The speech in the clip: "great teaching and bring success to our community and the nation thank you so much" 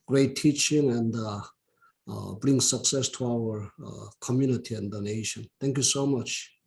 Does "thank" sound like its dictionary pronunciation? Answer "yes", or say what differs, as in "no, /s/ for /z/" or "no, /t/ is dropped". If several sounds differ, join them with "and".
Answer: no, /t/ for /θ/